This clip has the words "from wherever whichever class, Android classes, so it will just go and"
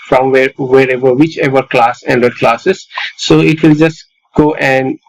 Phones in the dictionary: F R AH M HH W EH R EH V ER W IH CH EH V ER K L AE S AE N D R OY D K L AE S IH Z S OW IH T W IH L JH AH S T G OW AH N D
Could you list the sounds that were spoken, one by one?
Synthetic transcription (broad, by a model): F R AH M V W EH R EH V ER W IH CH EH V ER K L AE S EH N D AH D K L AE S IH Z S OW IH T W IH L JH AH S T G OW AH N D